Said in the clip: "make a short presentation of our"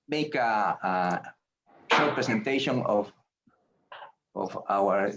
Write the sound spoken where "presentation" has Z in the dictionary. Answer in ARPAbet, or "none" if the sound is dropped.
S